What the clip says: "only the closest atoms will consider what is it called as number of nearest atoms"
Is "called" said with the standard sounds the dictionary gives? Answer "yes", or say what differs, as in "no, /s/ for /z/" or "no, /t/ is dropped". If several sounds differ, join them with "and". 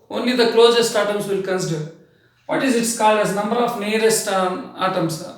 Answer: yes